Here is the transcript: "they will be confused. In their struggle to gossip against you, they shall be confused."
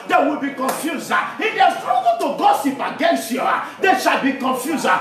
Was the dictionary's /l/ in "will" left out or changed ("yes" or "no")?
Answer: no